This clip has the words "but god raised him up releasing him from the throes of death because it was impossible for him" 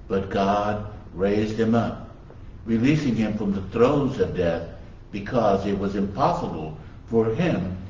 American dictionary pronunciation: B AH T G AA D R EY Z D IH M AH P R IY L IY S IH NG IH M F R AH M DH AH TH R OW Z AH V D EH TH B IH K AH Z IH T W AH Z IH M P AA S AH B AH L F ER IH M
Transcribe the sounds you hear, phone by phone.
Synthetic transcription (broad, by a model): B AH T G AA D R EY Z D IH M AH P R IY L IY S IH NG IH M F R AH M DH AH TH R OW Z AH V D EH TH B IH K AH Z IH T W AH Z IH M P AA S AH B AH L F ER IH M